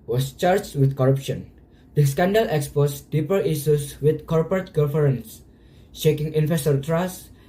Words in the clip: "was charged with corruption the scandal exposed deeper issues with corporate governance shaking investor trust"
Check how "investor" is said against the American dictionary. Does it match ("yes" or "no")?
no